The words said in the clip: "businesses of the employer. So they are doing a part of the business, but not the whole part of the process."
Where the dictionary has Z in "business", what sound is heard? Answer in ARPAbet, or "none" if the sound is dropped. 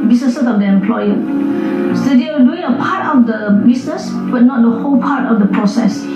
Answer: S